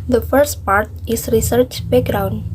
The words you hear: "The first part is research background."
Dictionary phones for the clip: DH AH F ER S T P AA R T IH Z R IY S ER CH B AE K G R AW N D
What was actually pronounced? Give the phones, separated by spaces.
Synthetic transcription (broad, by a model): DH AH F ER S T P AA R T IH S R IY S ER CH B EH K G R AW N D